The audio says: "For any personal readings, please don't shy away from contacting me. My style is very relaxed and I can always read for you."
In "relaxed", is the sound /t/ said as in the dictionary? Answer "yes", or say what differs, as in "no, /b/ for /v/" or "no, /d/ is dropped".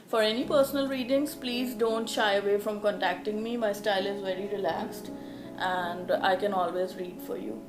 yes